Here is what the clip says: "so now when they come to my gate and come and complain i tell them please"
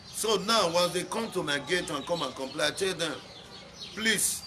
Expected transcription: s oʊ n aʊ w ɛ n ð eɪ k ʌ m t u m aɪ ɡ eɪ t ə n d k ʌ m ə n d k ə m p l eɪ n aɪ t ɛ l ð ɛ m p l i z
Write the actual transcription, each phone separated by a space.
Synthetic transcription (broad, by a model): s oʊ n aʊ w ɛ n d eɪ k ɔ m t u m aɪ ɡ eɪ t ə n k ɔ m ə n k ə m p l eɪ aɪ t ɛ l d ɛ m p l i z